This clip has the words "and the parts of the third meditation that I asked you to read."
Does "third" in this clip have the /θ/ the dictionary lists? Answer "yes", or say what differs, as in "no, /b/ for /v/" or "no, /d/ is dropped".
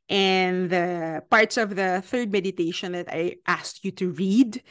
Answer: yes